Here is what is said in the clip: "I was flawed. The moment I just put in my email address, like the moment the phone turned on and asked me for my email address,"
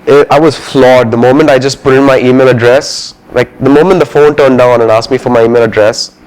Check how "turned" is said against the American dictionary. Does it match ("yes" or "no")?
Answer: yes